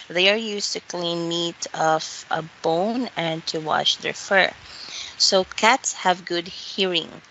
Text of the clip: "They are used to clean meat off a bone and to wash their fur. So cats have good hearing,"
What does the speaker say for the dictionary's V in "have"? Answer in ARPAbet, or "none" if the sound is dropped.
V